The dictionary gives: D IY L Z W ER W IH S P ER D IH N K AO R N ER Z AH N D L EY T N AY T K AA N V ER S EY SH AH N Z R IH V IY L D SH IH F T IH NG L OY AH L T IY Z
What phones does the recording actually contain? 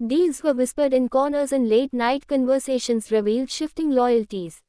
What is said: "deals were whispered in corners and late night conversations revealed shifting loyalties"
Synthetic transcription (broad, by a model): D IY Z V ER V IH S P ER D IH N K AO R N ER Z AH N D L EY T N AY T K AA N V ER S EY SH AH N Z R IH V IY L D SH IH F T IH NG L OY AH L T IY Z